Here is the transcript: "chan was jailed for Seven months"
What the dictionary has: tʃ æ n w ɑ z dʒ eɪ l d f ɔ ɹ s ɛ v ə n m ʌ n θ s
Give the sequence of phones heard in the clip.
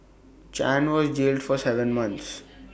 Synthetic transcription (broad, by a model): tʃ æ n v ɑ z dʒ eɪ l d f ɔ ɹ s ɛ v ə n m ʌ n t s